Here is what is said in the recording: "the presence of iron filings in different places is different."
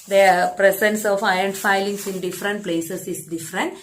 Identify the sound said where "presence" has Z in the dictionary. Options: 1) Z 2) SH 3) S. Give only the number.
3